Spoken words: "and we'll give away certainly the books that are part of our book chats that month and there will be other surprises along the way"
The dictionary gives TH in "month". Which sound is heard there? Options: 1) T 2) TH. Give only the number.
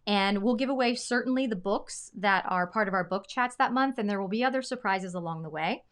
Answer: 2